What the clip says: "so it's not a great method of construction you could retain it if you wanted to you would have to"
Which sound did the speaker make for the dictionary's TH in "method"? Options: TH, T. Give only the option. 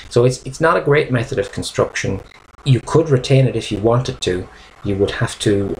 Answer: TH